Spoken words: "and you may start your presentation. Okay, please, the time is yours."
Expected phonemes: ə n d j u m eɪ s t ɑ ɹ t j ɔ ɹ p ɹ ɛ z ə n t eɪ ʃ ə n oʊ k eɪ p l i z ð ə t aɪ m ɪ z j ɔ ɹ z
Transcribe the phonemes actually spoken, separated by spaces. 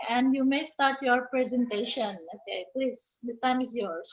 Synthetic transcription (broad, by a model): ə n d j u m eɪ s t ɑ ɹ t j ɔ ɹ p ɹ ɛ z ə n t eɪ ʃ ə n oʊ k eɪ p l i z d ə t aɪ m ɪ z j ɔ ɹ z